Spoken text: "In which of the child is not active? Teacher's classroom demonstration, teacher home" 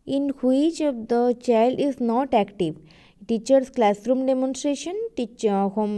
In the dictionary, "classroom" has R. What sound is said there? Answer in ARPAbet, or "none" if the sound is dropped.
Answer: R